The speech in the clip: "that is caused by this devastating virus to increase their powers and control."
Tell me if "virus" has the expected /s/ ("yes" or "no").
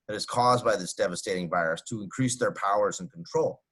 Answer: yes